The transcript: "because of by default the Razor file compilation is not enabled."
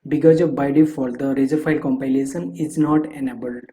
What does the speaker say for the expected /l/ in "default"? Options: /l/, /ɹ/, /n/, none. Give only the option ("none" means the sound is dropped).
none